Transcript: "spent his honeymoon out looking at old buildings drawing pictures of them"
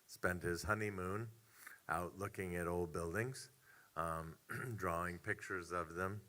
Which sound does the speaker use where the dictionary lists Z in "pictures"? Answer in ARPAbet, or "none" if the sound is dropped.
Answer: Z